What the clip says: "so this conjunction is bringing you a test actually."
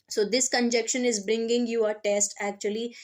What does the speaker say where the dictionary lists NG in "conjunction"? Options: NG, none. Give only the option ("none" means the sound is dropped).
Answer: none